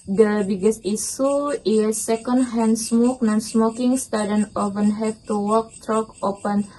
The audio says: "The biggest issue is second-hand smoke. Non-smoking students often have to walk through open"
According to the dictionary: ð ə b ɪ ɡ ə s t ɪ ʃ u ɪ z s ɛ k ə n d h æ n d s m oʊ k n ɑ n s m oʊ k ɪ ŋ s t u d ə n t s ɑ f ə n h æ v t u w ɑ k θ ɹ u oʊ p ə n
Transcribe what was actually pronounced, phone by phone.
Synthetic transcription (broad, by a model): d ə b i ɡ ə s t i s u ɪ s ɛ k ə n d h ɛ n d s m oʊ k n ɑ n s m oʊ k ɪ ŋ s t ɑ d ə n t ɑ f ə n h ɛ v t u w ɑ k t ɹ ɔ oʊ p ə n